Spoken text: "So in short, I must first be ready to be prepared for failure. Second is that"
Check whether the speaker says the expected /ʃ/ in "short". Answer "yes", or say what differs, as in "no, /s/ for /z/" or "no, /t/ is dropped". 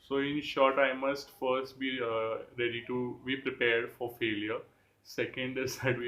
yes